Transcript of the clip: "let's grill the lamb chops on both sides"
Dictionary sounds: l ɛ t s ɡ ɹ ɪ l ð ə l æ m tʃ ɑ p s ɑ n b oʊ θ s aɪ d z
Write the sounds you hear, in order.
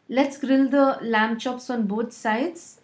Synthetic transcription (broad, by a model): l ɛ t s ɡ ɹ ɪ l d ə l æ m tʃ ɑ p s ɑ n b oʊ t s aɪ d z